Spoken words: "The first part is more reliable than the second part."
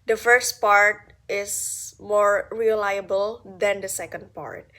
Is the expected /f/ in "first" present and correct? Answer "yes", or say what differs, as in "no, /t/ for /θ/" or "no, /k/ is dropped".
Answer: yes